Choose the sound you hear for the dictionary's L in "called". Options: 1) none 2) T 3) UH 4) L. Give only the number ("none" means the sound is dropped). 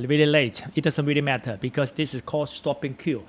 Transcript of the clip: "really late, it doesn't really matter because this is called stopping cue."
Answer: 1